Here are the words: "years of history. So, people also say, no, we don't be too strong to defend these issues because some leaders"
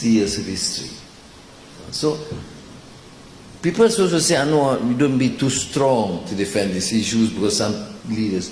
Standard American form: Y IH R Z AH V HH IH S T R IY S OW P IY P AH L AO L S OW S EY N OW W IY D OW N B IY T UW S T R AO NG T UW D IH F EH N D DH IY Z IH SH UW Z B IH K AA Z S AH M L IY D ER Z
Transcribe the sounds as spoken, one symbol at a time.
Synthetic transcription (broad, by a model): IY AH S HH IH S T R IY S OW P IY P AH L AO S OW S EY N OW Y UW D OW N B IY T UW S T R AO NG T UW D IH F EH N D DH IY S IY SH UW S B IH K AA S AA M L IY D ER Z